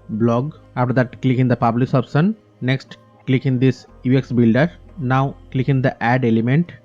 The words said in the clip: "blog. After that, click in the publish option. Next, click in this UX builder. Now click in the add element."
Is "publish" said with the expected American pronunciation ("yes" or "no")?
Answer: no